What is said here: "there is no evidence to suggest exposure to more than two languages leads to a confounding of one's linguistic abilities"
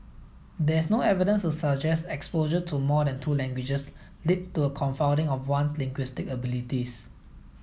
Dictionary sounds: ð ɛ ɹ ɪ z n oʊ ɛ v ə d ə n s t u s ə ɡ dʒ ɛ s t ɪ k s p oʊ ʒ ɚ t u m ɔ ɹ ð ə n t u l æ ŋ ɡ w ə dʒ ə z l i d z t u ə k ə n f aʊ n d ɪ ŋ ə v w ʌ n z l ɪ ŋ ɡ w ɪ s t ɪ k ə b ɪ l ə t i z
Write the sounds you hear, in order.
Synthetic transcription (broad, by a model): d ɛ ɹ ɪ s n oʊ ɛ v ə d ə n s t u s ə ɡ dʒ ɛ s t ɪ k s p oʊ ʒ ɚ t u m ɔ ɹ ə n t u l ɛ ŋ ɡ w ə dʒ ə s l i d t u ə k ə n f aʊ n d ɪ ŋ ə f w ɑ n s l ɪ ŋ ɡ w ɪ s t ɪ k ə b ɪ l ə t i s